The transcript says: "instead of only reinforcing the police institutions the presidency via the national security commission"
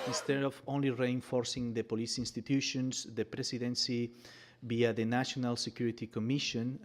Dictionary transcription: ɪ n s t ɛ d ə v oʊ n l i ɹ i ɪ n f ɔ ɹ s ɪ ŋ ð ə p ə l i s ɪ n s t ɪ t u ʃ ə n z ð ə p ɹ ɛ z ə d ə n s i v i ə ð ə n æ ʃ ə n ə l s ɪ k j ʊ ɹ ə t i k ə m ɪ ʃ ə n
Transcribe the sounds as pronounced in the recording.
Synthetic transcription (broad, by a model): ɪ n s t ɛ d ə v oʊ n l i ɹ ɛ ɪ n f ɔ ɹ s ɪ ŋ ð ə p ə l i s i n s t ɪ t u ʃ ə n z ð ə p ɹ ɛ s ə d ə n s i b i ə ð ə n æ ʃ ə n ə l s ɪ k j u ɹ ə t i k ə m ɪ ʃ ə n